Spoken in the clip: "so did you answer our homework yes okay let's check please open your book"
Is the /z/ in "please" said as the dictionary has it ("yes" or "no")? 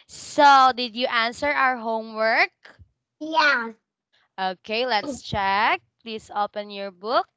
no